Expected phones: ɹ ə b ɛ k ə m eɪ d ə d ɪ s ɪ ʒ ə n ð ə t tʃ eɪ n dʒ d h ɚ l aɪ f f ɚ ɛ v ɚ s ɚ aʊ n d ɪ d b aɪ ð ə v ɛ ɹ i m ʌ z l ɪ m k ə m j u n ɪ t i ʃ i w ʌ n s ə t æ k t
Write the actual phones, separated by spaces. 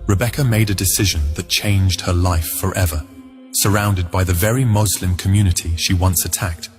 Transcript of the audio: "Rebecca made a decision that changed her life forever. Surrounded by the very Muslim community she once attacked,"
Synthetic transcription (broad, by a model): ɹ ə b ɛ k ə m eɪ d ə d ɪ s ɪ ʒ ə n ð ə t tʃ eɪ n dʒ d h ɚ l aɪ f f ɚ ɛ v ɚ s ɚ aʊ n d ɪ d b aɪ ð ə v ɛ ɹ i m ʌ z l ɪ m k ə m j u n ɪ t i ʃ i w ʌ n s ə t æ k t